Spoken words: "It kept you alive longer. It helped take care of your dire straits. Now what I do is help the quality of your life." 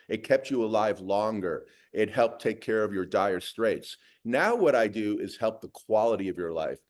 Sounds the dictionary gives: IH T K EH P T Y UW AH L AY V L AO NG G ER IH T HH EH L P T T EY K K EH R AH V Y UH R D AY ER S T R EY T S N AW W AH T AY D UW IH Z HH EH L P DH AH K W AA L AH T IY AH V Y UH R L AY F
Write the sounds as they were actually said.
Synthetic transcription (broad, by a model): IH T K EH P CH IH AH L AY V L AO NG G ER IH T HH EH L P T T EY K K EH R AH V Y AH R D AY ER S T R EY T S N AW W AH T AY D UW IH Z HH EH L P DH AH K W AA L AH T IY AH V Y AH R L AY F